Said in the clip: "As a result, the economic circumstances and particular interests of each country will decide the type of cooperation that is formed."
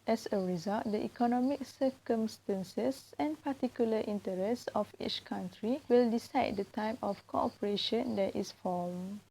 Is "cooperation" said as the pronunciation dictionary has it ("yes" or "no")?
yes